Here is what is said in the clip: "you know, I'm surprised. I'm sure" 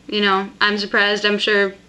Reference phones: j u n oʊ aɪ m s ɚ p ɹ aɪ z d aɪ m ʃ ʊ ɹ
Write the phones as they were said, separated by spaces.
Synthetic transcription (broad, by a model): j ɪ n oʊ aɪ m s ɚ p ɹ aɪ z d aɪ m ʃ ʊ ɹ